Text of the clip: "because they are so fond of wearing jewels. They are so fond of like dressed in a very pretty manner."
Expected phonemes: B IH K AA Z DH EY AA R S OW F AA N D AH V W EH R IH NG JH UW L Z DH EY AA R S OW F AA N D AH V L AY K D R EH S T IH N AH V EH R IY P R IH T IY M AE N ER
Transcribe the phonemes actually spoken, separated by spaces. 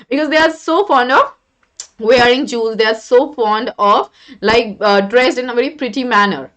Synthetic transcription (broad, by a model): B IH K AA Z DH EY AA R S OW F AA N D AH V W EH R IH NG JH UW Z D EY AA R S OW F AA N D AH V L AY K D R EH S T IH N AH V EH R IY P R IH T IY M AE N ER